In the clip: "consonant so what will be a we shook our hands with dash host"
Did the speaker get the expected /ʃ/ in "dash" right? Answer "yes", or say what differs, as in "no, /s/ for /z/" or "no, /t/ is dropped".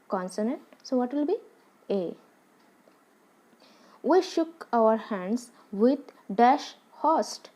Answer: yes